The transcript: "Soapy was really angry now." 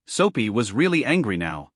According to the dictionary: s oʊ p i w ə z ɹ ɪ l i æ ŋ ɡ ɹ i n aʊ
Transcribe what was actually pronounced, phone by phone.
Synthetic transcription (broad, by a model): s oʊ p i w ə z ɹ ɪ l i æ ŋ ɡ ɹ i n aʊ